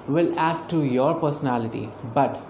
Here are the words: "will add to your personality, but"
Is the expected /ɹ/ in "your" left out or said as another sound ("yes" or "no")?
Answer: no